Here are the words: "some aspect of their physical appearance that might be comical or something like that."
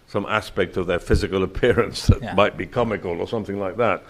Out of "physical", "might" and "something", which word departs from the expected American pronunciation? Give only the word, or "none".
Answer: none